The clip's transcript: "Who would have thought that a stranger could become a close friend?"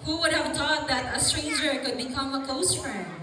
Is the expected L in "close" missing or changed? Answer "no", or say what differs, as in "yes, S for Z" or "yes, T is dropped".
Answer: yes, L is dropped